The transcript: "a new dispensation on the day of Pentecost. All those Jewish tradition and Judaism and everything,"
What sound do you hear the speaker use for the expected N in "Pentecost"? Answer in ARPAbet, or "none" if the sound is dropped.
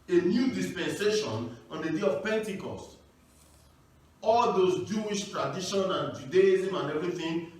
N